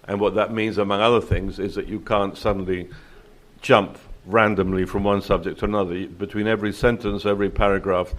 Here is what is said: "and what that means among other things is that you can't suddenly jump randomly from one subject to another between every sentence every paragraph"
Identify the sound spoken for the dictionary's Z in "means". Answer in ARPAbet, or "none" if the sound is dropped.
Z